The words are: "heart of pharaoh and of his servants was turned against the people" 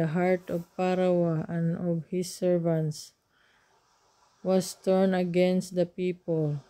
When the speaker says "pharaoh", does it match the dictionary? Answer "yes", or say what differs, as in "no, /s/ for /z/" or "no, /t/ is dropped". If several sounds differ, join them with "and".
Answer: no, /p/ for /f/